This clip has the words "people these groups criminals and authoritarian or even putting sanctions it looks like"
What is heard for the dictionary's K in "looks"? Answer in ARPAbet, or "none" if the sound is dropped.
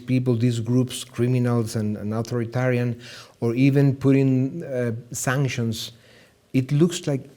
K